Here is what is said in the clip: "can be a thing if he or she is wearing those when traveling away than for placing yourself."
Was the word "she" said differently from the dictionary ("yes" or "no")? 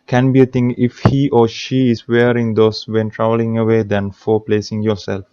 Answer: no